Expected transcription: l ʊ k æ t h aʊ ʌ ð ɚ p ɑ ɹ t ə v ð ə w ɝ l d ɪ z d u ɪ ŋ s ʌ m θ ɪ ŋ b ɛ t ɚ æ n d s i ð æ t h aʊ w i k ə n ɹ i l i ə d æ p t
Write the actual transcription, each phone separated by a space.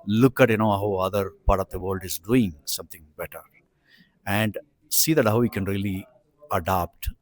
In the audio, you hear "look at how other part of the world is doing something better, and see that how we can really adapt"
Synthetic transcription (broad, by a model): l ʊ k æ t h aʊ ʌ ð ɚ p ɑ ɹ t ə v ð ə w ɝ l d ɪ z d u ɪ ŋ s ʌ m t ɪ ŋ b ɛ t ɚ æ n d s i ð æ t h aʊ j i k ə n ɹ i l i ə d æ p t